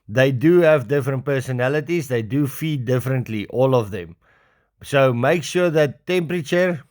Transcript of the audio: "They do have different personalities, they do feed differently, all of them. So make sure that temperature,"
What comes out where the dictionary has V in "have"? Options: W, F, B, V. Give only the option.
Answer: V